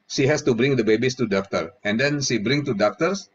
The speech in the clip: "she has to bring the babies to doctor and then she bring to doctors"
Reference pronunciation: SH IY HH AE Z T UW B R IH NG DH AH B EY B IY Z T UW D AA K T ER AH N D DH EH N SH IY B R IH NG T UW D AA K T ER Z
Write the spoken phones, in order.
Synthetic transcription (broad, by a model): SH IY HH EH S T UW B R IH NG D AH B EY B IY S T UW D AA K T ER AH N D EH N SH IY B R IH NG T UW D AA K T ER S